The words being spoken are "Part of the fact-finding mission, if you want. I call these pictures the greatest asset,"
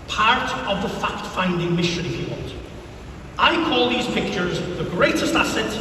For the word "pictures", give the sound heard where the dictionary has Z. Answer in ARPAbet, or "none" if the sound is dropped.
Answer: Z